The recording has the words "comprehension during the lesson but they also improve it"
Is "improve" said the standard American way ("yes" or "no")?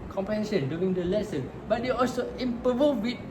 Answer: no